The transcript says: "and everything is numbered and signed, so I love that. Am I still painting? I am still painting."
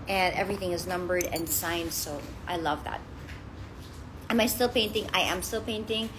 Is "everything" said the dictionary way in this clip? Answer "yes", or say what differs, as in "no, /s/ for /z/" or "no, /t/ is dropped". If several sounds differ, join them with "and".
yes